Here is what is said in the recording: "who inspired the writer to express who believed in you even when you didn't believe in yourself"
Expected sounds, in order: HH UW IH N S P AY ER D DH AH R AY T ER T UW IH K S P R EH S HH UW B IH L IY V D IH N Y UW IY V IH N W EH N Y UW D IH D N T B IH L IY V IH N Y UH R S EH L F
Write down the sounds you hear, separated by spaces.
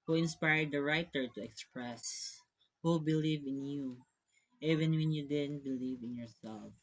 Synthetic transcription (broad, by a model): HH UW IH N S P AY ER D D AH R AY T ER T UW IH K S P R EH S HH UW B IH L IY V IH N Y UW IY V IH N W EH N Y UW D IH D N T B IH L IY V IH N Y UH R S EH L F